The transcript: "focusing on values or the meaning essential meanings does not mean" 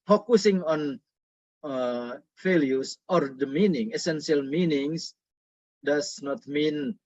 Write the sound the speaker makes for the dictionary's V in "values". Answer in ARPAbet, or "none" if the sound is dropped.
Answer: F